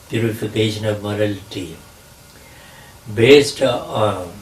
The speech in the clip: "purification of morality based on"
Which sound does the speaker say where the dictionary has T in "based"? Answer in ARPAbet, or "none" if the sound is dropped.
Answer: T